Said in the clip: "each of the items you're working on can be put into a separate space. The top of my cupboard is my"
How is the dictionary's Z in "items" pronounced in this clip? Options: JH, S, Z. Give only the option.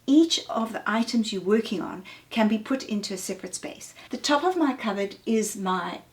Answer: Z